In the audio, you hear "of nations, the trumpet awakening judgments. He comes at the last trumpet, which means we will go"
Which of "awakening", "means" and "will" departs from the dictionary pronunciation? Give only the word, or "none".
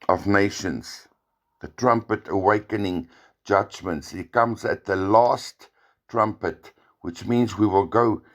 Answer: none